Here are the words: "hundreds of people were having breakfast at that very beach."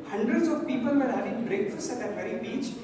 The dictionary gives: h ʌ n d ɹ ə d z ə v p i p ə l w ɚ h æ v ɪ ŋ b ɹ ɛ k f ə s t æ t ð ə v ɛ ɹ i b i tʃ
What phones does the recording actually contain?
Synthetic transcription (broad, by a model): h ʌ n d ɹ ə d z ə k p i p ə l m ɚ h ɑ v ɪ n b ɹ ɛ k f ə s ʌ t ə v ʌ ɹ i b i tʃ